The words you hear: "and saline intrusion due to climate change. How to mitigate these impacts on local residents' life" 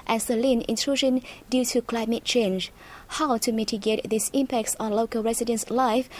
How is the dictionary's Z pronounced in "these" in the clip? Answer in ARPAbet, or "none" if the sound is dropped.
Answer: S